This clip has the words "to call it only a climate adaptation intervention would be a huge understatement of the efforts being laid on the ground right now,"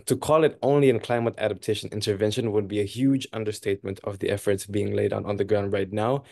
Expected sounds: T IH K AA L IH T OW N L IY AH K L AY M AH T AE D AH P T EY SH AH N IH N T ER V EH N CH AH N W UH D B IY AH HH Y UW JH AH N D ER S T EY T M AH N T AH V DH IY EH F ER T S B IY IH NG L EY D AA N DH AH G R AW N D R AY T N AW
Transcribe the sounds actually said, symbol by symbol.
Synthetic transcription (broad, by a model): T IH K AA L IH T OW N L IY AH K L AY M AH T AE D AH P T EY SH AH N IH N T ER V EH N SH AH N W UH D B IY AH HH Y UW JH AH N D ER S T EY T M AH N T AH V DH IY EH F ER T S B IY IH NG L EY D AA N DH AH G R AW N D R AY T N AW